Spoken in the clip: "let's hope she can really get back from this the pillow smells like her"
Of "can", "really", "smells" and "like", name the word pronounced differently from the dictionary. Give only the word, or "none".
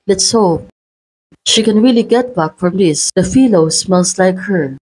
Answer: smells